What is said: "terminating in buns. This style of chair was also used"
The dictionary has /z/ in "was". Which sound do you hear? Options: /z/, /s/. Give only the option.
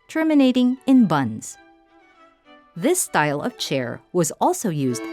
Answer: /z/